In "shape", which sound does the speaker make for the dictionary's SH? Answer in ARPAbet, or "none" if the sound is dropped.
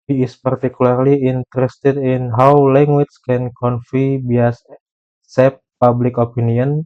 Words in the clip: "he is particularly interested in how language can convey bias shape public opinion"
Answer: S